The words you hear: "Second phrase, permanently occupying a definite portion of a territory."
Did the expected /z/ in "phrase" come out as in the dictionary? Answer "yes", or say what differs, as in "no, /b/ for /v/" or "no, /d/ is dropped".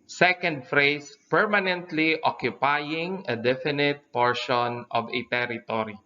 no, /s/ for /z/